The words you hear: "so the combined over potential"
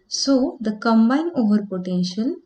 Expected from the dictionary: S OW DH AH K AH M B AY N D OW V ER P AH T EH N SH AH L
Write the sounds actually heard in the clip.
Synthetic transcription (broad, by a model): S OW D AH K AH M B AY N OW V ER P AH T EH N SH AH L